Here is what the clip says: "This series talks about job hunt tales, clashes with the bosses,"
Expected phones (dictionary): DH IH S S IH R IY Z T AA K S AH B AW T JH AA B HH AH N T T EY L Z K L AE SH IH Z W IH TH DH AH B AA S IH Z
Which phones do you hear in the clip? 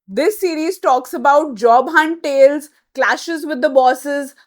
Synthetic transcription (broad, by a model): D IH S S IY R IY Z T AA K S AH B AW T JH AA B HH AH N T T EY L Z K L AE SH IH Z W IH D AH B AA S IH Z